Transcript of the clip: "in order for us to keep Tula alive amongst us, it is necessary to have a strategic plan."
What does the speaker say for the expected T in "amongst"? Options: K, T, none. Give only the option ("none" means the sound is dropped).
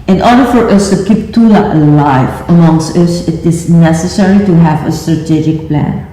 T